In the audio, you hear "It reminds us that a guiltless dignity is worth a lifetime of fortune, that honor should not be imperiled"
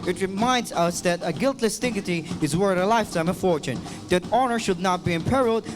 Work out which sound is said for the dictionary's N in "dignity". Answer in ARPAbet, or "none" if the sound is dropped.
none